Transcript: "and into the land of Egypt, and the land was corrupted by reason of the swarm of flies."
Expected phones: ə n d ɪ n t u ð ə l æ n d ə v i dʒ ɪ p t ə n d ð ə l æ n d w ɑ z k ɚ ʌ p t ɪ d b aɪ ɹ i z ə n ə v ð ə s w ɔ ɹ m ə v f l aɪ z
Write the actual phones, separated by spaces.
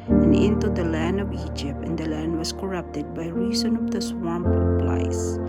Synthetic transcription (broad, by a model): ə n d ɪ n t u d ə l æ n d ə v i dʒ ɪ p t ə n d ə l æ n d w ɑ s k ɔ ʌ p t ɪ d b aɪ ɹ i s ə n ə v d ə s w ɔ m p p l aɪ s